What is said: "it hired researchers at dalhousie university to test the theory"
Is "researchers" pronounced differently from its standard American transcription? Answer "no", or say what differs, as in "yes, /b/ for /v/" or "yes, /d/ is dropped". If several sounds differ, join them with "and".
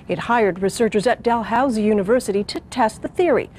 no